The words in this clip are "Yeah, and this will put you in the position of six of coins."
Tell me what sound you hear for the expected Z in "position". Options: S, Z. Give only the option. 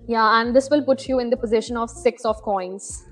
Z